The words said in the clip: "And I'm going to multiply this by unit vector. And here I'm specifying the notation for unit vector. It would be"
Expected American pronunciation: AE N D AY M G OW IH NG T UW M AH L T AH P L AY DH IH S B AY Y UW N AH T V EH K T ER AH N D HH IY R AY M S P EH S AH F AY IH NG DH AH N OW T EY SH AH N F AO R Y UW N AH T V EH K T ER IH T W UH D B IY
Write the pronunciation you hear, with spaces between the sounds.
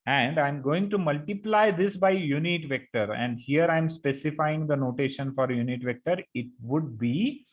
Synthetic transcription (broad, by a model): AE N D AY M G OW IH NG T UW M AH L T AH P L AY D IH S B AY Y UW N AH T V EH K T ER AH N D HH IY R AY M S P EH S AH F AY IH NG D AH N OW T EY SH AH N F AO R Y UW N AH T V EH K T ER IH T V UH D B IY